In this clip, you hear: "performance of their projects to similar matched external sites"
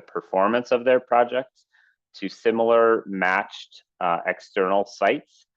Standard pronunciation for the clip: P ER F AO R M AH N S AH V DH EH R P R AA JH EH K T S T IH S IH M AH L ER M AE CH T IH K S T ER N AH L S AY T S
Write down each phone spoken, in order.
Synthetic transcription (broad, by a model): P ER F AO R M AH N S AH V DH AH R P R AA JH EH K T S T IH S IH M L ER M AE CH T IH K S T ER N L S AY T S